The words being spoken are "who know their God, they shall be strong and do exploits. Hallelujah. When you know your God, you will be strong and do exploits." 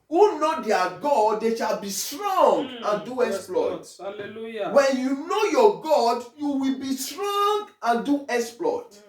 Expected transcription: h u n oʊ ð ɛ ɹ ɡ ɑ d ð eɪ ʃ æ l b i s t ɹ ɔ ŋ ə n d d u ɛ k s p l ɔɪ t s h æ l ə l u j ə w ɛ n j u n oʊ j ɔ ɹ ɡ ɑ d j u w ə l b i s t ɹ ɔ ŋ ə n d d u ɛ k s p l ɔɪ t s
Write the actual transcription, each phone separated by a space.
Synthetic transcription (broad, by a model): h u n oʊ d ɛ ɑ ɡ ɑ d eɪ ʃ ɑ l b i s t ɹ ɔ ŋ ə n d d u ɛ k s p l ɔɪ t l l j w ɛ n j u n oʊ j ɔ ɡ ɑ d j u w ə l b i s t ɹ ɔ ŋ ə n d d u ɛ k s p l ɔɪ t